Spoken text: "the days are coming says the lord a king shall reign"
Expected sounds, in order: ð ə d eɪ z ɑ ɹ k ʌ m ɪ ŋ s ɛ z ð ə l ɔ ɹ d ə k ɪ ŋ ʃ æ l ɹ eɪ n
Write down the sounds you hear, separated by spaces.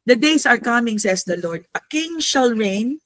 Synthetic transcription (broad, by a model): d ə d eɪ s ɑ ɹ k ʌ m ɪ ŋ s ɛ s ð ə l ɔ ɹ d ə k ɪ ŋ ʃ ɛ l ɹ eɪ n